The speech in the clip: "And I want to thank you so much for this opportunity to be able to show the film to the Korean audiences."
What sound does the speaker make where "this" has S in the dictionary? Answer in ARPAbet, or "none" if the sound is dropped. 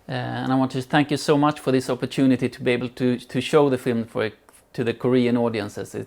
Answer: S